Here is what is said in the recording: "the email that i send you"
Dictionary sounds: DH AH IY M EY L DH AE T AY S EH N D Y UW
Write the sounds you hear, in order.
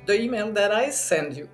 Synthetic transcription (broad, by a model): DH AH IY M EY N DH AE T AY S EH N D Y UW